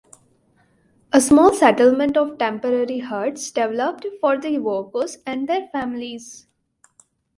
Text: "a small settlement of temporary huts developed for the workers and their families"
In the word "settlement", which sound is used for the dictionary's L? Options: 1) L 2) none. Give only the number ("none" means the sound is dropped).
1